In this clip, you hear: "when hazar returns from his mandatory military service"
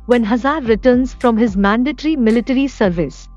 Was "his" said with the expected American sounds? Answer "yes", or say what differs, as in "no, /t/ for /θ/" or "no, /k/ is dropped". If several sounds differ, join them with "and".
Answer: yes